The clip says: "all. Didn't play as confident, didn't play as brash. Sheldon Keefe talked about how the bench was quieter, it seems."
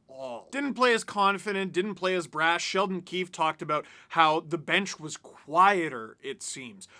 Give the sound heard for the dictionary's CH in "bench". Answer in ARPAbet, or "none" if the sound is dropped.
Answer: CH